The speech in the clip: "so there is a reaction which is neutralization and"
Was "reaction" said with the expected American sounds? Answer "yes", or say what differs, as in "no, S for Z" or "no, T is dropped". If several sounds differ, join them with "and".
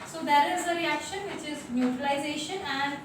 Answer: yes